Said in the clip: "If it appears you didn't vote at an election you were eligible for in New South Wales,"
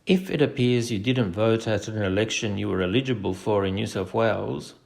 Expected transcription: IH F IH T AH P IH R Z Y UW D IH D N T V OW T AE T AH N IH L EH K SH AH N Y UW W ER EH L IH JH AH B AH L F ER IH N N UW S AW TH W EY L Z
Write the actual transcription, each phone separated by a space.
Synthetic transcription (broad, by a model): IH F IH T AH P IH R Z Y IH D IH D N T V OW T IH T AH N IH L EH K SH AH N Y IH W ER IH L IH JH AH B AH L F ER IH N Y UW S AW F W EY L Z